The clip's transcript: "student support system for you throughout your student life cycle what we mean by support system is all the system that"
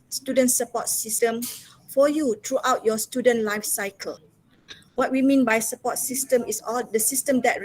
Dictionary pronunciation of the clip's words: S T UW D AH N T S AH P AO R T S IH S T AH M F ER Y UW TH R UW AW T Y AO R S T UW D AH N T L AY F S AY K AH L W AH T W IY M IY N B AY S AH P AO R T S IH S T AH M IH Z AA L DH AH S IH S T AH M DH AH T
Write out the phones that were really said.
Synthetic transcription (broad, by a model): S T UW D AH N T S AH P AO T S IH S T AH M F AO Y UW T R UW AW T Y AO S T UW D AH N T L AY F S AY K AH L W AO T W IY M IY N B AY S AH P AO T S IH S T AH M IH S AA L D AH S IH S T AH M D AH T